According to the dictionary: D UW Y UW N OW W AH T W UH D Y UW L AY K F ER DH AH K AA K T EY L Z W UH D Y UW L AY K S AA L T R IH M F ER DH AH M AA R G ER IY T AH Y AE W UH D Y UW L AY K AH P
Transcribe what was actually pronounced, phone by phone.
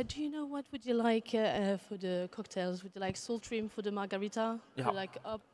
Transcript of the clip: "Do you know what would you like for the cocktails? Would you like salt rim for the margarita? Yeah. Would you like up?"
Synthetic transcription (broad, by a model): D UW Y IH N OW W AH T W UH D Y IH L AY K F ER DH AH K AA K T EY L Z W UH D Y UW L AY K S AA L T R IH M F ER DH AH M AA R G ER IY T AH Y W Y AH L AY K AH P